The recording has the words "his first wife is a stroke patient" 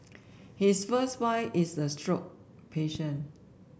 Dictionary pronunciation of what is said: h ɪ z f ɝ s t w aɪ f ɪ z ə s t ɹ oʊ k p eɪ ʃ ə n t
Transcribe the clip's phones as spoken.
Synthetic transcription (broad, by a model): h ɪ s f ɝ s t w aɪ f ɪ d ə s t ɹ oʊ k p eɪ ʃ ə n